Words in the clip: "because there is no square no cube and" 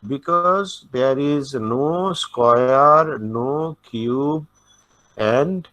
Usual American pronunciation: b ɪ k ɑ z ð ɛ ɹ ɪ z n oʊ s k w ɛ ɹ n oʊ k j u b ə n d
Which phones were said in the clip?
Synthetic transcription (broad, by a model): b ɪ k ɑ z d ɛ ɹ ɪ z n oʊ s k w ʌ ɹ n oʊ k j u b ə n d